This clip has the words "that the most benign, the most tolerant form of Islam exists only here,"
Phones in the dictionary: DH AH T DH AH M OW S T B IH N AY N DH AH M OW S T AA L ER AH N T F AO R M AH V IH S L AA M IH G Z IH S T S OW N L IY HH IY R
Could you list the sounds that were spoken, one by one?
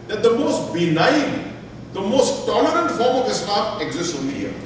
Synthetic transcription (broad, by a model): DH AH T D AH M OW S T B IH N AY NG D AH M OW S T AA L ER AH N T F AO R M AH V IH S AA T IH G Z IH S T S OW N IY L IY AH